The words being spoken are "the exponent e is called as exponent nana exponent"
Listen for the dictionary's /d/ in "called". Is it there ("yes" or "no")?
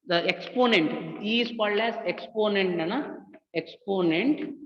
no